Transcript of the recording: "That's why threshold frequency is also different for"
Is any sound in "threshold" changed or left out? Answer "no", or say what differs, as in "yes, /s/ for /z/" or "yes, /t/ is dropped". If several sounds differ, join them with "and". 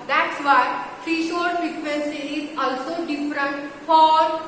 yes, /f/ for /θ/ and /l/ is dropped